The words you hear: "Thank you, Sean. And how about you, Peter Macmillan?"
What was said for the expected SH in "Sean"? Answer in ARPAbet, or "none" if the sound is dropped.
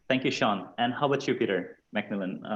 SH